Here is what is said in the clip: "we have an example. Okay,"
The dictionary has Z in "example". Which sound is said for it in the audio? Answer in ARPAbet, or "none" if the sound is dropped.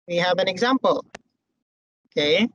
Z